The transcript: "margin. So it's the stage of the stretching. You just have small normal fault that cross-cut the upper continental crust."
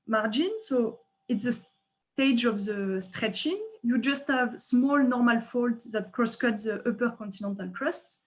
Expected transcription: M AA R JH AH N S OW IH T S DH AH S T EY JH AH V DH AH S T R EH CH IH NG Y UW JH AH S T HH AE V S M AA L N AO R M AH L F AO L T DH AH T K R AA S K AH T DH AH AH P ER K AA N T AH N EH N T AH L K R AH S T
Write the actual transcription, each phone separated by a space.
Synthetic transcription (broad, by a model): M AA R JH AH N S OW IH T S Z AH S T EY JH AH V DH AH S T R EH CH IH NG Y UW JH AH S T HH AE V S M AA L N AO R M AH L F AO L T DH AH T K R AA S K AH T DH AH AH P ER K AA N T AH N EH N T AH L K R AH S T